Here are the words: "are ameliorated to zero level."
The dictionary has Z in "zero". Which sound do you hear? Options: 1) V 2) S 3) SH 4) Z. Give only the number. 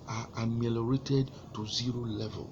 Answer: 4